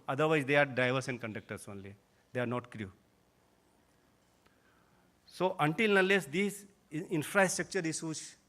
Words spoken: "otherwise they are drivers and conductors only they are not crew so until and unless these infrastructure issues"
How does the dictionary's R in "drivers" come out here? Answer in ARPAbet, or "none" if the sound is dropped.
none